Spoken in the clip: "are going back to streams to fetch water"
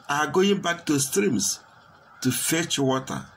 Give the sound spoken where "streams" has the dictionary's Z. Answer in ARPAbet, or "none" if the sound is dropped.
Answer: S